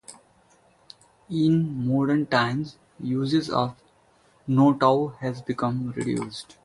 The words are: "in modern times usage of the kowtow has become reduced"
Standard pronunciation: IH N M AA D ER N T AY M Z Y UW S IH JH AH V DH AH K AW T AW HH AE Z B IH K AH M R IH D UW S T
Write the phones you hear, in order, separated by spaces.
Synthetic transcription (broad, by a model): IH N M AA D ER N T AY M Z Y UW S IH Z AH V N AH T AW HH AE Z B IH K AH M R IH D UW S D